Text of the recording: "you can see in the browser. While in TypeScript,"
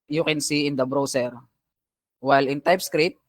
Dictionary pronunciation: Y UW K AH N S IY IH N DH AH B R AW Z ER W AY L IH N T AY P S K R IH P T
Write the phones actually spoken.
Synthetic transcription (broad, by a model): Y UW K AH N S IY IH N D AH B R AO S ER W AY L IH N T AY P S K R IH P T